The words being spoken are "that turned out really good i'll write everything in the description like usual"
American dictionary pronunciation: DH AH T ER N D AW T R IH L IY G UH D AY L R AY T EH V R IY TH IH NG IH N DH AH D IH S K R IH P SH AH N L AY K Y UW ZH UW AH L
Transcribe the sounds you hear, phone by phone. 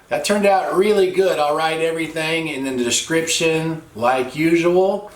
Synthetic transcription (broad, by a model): DH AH T ER N D AW T R IH L IY G UH D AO L R AY T EH V R IY TH IH NG IH N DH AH D IH S K R IH P SH AH N L AY K Y UW ZH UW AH L